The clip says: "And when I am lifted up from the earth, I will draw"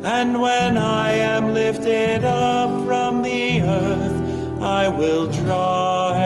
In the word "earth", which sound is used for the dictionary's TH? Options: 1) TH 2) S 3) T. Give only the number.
1